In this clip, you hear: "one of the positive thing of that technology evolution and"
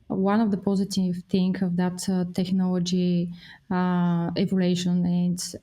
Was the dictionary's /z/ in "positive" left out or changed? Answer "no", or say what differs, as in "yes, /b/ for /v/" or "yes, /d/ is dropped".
no